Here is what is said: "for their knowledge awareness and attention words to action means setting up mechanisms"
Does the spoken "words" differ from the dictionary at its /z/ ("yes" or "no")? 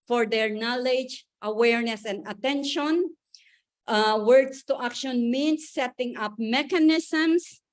yes